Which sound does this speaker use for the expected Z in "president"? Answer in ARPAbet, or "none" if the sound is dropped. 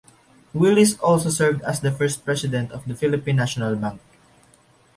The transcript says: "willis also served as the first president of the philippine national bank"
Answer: S